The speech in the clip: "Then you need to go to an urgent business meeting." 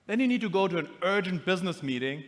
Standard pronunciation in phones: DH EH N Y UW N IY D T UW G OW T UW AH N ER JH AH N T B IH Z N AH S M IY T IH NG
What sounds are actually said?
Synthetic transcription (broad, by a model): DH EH N Y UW N IY D T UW G OW T UW AH N ER JH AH N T B IH Z N AH S M IY T IH NG